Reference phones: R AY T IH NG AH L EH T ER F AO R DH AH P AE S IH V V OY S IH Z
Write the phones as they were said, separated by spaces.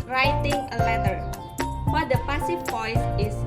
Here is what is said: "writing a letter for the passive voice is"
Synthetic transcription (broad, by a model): R AY T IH NG AH L EH T ER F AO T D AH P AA S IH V P OY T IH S